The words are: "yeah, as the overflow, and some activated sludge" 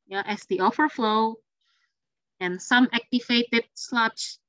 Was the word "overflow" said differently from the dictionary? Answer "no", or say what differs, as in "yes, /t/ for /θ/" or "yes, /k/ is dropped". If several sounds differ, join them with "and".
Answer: yes, /f/ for /v/